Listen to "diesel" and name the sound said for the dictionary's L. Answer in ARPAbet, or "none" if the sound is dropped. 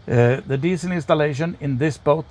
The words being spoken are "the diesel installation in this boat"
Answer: N